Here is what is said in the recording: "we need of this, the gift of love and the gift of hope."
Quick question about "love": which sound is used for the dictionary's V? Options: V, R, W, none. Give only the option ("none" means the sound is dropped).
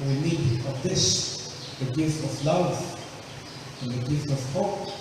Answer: W